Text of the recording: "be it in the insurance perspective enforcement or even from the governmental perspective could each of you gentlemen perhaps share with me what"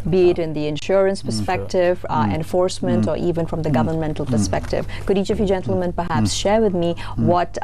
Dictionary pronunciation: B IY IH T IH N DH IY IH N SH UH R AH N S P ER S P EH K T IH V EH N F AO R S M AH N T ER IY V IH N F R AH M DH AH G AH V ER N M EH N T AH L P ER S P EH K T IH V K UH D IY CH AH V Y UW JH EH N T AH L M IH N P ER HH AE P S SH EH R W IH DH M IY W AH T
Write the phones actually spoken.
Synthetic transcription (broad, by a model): B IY IH T IH N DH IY IH N SH UH R AH N S P ER S P EH K T IH V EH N F AO R S M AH N T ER IY V IH N F R AH M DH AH G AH V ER N M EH N T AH L P ER S P EH K T IH V K UH D IY CH AH V Y UW JH EH N T L M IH N P ER HH AE P S SH EH R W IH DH M IY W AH T